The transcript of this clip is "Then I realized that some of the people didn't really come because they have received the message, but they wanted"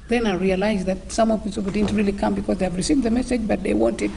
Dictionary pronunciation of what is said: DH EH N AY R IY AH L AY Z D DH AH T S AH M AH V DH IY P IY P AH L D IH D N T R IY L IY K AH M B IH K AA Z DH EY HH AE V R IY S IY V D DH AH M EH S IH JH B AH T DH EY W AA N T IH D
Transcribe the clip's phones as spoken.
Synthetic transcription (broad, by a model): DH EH N AY R IY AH L AY Z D DH AH T S AH M AH V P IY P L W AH D IH D N T R IY L IY K AH M B IH K AA Z DH EY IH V R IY S IY V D DH AH M EH S IH JH B AH T DH EY W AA N T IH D